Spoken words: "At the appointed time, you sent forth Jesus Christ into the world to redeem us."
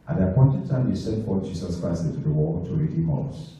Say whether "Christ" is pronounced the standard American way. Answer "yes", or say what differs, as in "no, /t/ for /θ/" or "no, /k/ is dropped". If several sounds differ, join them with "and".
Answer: no, /t/ is dropped